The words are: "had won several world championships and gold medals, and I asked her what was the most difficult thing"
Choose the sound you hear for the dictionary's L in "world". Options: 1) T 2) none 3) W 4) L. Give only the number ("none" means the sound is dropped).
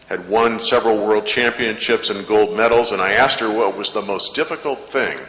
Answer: 4